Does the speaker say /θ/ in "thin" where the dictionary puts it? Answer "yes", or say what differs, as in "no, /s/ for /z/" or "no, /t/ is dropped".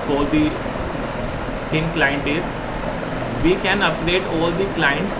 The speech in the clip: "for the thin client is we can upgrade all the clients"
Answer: no, /t/ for /θ/